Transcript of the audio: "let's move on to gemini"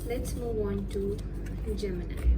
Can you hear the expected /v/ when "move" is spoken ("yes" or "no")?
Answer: no